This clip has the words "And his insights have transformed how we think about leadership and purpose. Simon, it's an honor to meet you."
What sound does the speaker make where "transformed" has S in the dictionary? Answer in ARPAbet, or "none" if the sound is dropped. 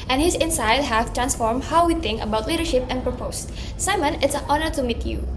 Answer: S